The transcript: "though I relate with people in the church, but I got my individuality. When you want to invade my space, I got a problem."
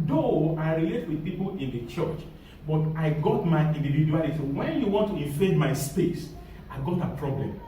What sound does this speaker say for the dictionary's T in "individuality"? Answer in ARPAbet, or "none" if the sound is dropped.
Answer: S